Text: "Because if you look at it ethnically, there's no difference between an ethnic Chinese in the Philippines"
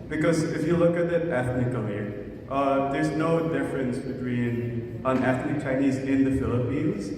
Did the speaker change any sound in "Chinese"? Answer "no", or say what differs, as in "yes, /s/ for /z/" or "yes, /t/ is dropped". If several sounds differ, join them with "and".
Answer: no